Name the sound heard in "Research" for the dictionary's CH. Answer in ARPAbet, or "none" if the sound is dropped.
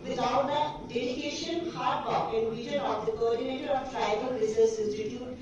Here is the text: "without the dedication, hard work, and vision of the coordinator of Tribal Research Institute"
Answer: S